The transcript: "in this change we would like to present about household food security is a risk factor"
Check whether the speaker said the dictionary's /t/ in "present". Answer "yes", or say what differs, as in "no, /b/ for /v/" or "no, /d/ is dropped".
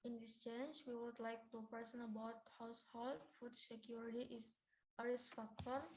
no, /t/ is dropped